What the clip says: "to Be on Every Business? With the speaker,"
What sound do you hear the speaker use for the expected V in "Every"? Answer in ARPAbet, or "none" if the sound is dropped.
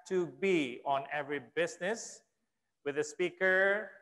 V